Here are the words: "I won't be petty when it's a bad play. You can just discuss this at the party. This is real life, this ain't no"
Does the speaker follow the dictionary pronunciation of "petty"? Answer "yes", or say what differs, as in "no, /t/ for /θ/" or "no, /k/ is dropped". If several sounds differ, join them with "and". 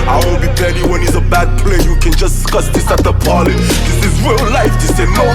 no, /b/ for /p/